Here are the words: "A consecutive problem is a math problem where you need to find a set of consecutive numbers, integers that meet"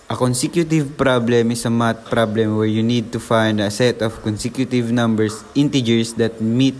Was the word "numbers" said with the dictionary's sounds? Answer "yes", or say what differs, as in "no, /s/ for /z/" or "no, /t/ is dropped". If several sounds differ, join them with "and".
no, /s/ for /z/